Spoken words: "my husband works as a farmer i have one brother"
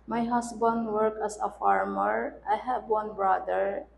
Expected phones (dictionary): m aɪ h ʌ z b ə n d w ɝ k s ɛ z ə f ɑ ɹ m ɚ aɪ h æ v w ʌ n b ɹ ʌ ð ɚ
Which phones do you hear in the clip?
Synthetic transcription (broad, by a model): m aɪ h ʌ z b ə n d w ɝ k ɛ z ə f ɑ ɹ m ɚ aɪ h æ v w ʌ n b ɹ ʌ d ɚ